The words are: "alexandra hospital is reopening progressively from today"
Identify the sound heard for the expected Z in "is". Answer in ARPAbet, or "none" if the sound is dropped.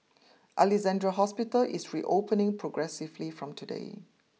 S